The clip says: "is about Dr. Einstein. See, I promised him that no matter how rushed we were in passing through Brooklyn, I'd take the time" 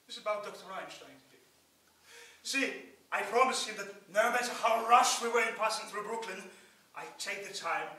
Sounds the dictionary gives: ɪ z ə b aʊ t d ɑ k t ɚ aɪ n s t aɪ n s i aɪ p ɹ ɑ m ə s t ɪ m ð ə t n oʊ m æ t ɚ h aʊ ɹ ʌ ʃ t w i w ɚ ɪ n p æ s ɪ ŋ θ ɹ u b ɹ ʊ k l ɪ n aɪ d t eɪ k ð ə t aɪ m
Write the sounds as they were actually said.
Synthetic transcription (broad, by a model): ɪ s ə b aʊ t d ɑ k t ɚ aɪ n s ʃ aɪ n s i aɪ p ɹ ɑ m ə s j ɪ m ð ə t n oʊ m æ t ɚ h aʊ ɹ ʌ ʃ w i w ɚ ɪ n p æ s ɪ ŋ θ ɹ u b ɹ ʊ k l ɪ n aɪ t eɪ k ð ə t aɪ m